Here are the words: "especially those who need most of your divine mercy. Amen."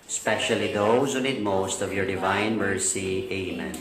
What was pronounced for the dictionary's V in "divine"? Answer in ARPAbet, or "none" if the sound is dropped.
V